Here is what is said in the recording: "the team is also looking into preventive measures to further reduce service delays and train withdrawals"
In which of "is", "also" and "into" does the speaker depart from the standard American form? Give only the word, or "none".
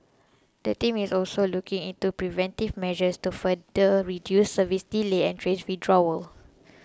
is